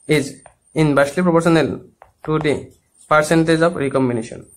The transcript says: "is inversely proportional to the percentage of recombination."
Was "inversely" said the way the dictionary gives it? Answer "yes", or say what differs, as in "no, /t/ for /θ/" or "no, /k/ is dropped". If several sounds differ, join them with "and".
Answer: no, /b/ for /v/